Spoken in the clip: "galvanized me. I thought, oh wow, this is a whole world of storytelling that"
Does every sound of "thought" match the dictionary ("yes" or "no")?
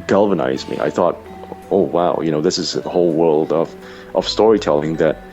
yes